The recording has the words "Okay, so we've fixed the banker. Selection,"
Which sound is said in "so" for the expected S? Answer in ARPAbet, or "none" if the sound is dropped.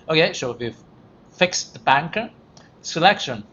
SH